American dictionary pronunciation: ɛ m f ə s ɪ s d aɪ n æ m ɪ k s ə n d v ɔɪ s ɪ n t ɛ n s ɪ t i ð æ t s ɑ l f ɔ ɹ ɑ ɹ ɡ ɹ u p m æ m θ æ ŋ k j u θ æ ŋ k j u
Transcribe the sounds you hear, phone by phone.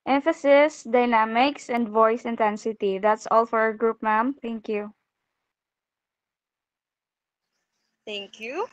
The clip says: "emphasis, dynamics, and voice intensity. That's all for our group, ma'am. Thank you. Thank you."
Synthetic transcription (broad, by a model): ɛ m f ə s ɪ s d aɪ n æ m ɪ k s ə n d v ɔɪ s ɪ n t ɛ n s ɪ t i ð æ t s ɑ l f ɔ ɹ ɑ ɹ ɡ ɹ u p m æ m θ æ ŋ k j u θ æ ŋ k j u